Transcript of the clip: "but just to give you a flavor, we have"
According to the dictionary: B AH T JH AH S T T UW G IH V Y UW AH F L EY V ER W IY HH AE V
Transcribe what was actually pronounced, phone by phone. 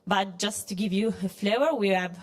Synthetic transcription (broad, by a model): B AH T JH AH S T T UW G IH V Y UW AH F L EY ER W IY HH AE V